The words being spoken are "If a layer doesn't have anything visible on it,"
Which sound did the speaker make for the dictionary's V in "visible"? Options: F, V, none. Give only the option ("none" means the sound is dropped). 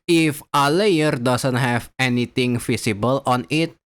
F